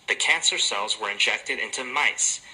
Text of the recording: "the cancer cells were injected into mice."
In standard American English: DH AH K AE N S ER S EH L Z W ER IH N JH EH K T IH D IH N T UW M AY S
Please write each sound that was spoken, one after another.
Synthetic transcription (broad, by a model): DH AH K AE N S ER S EH L Z W ER IH N JH EH K T IH D IH N T UW M AY S